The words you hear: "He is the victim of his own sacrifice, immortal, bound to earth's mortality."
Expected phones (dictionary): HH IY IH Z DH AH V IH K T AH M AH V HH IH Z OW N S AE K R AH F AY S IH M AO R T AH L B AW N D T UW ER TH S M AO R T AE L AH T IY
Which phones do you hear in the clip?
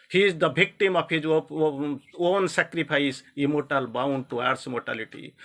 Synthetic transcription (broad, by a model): HH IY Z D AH B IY K T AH M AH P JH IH OW N S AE K R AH P AY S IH M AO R T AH L B AW N D T UW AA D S M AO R T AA L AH T IY